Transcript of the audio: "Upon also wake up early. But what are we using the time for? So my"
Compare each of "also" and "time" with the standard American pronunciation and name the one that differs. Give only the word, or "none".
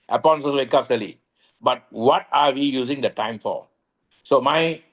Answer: also